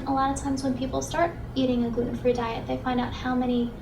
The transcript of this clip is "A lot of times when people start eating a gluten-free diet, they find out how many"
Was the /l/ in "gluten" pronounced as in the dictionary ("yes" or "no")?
no